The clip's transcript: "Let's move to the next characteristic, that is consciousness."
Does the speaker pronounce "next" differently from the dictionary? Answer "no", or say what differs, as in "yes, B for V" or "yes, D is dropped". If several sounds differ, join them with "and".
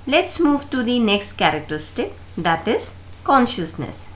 no